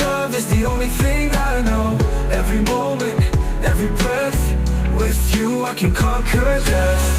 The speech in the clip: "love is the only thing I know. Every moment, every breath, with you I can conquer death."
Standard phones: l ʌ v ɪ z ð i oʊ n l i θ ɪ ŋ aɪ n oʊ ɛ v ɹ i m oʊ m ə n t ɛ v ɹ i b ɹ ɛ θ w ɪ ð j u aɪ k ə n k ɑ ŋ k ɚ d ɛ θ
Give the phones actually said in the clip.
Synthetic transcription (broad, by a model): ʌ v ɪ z ð i oʊ n l i θ ɪ ŋ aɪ n oʊ ɛ v ɹ i m oʊ m ə n t ɛ v ɹ i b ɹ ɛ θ w ɪ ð j u aɪ k ə n k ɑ k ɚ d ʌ